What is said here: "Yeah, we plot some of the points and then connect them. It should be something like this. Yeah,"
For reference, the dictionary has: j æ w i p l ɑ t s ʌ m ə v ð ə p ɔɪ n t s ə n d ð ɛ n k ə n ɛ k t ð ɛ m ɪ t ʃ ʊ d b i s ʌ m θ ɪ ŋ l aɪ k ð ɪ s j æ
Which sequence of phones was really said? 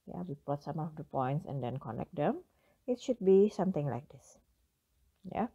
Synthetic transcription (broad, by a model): j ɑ w i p ɑ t s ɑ m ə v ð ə p ɔɪ n t s ə n d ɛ n k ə n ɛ k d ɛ m ɪ t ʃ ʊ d b i s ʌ m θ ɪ ŋ l aɪ k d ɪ s j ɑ